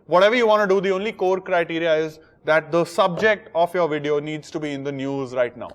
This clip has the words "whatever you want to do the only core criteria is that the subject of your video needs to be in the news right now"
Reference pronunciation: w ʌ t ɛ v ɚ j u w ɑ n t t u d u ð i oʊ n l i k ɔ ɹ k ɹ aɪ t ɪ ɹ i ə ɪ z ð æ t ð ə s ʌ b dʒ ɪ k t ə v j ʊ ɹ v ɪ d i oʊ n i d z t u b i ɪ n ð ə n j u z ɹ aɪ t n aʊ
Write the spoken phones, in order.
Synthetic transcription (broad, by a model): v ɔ t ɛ v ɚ j u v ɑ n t t u d u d i oʊ n l i k ɔ ɹ k ɹ aɪ t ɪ ɹ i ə ɪ z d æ t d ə s ʌ b dʒ ɪ k t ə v j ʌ ɹ v ɪ d i oʊ n i d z t u b i ɪ n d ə n j u z ɹ aɪ t n aʊ